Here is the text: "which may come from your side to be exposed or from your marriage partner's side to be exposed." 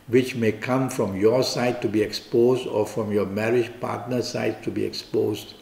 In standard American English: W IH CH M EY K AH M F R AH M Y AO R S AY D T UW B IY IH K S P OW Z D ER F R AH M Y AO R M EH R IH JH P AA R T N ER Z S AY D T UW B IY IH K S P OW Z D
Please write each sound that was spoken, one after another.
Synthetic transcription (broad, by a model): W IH CH M EY K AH M F R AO M Y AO S AY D T UW B IY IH K S P OW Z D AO F R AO M Y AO M EH R IH JH P AA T N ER S AY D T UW B IY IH K S P OW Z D